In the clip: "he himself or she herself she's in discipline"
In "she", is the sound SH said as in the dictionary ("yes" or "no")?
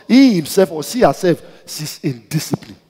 no